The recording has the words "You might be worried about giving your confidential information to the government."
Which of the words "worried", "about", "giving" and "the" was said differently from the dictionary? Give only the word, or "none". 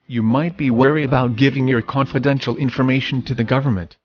worried